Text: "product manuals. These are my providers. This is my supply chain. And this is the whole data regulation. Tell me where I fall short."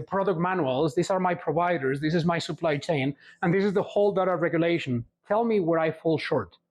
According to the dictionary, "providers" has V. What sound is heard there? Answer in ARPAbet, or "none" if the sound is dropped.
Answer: V